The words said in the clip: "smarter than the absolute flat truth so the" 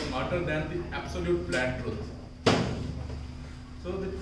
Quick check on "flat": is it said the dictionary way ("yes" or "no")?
no